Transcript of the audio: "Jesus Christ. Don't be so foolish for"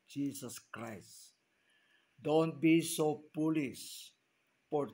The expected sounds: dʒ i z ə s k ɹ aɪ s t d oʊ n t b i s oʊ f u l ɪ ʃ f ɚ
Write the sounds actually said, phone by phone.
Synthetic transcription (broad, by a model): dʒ i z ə s k ɹ aɪ s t d oʊ n t b i s oʊ p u l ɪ s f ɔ